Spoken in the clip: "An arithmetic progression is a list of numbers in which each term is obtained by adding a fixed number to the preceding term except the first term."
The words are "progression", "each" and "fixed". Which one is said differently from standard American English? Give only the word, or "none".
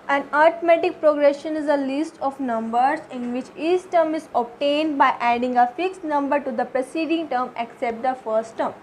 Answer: each